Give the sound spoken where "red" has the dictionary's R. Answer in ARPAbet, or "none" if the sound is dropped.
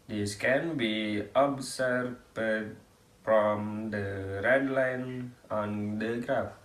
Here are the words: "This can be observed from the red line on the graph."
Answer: R